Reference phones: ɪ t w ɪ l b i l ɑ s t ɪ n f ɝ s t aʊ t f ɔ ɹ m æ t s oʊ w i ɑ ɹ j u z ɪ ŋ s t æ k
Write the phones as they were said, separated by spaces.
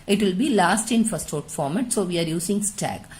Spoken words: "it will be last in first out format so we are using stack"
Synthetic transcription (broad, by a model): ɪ t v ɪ l b i l ɑ s t ɪ n f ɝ s t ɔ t f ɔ ɹ m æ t s oʊ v i ɑ ɹ j u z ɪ ŋ s t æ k